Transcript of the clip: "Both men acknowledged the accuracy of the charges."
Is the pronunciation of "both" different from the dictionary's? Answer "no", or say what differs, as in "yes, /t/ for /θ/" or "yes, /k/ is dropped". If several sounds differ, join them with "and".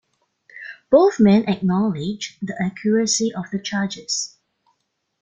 no